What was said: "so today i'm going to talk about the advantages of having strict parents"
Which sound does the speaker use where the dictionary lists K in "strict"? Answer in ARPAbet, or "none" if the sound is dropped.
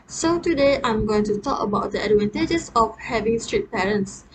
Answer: none